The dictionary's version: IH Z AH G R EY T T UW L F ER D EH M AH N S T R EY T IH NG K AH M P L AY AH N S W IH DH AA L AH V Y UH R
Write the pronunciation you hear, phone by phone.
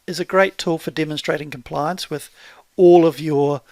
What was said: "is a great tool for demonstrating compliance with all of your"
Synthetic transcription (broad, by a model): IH Z AH G R EY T T UW L F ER D EH M AH N S T R EY T IH NG K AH M P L AY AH N S W IH DH AA L AH V Y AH R